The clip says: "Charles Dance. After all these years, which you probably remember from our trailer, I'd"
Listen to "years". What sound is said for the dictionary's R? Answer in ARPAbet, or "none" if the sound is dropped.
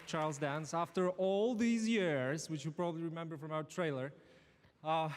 R